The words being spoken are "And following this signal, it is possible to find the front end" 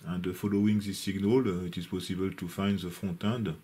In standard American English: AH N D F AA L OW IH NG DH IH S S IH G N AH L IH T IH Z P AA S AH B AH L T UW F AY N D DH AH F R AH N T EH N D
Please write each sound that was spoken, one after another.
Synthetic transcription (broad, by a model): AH N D F AA L OW IH NG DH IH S S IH G N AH L IH T IH Z P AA S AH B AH L T UW F AY N D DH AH F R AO T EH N D